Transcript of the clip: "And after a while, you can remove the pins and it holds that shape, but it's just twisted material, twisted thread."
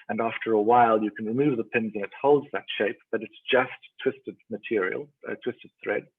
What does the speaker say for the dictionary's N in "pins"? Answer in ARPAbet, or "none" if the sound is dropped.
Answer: N